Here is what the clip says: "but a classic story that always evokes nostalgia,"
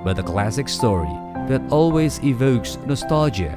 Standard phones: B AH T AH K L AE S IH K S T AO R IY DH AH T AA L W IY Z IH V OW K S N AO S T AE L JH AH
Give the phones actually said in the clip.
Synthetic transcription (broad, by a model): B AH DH AH K L AE S IH K S T AO R IY DH AH T AA L W IY Z IH V OW K S N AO S T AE L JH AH